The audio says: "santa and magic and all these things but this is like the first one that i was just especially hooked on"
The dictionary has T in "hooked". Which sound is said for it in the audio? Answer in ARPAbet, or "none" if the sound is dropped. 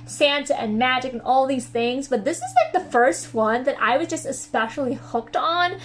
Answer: T